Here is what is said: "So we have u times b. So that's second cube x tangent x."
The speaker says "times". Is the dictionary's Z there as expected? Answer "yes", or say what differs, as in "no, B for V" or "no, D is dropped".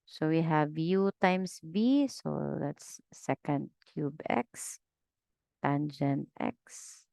no, S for Z